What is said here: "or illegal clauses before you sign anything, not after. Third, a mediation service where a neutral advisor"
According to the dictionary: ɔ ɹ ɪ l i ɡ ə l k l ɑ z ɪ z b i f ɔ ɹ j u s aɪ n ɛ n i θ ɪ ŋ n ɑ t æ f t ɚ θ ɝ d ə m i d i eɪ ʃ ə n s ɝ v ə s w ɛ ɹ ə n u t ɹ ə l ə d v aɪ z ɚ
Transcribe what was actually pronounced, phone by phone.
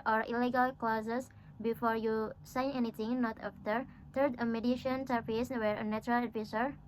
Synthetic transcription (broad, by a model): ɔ ɹ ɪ l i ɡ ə l k l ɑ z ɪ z b i f ɔ ɹ j u s aɪ n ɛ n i t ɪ ŋ n ɑ t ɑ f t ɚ t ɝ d ə m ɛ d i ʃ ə n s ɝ p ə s w ɛ ɹ ə n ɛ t ɹ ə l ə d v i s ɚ